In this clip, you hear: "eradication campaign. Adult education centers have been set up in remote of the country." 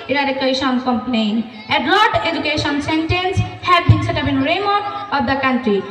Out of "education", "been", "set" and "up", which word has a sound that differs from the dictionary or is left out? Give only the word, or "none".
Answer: up